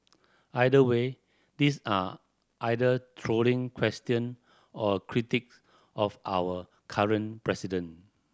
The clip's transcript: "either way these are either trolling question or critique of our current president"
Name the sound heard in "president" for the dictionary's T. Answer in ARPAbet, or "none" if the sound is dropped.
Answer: none